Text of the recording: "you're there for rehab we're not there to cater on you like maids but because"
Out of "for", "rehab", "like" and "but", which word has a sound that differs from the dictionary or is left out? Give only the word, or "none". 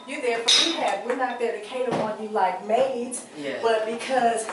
rehab